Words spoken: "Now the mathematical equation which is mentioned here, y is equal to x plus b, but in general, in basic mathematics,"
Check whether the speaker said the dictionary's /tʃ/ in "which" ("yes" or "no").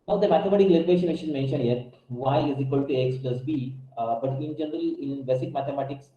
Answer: no